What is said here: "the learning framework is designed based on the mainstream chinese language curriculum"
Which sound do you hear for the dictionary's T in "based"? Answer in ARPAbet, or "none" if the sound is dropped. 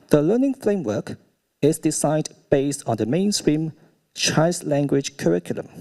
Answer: T